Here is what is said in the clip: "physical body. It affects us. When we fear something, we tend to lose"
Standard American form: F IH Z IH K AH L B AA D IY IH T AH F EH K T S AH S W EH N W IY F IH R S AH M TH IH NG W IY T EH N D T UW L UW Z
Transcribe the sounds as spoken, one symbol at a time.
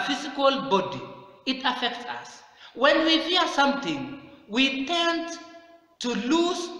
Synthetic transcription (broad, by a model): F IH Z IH K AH L B AA D IY IH T AH F EH K T S AH S W EH N W IY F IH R S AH M T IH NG W IY T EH N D T UW L UW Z